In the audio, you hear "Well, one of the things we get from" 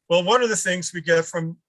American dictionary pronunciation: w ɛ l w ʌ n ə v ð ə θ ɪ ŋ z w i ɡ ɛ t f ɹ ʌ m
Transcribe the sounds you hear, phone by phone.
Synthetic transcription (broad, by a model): w ɛ l w ʌ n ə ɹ ð ə θ ɪ ŋ z w i ɡ ɛ t f ɹ ʌ m